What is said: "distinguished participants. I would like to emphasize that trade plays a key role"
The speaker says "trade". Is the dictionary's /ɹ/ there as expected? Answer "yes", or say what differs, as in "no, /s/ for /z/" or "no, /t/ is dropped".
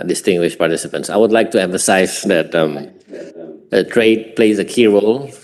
yes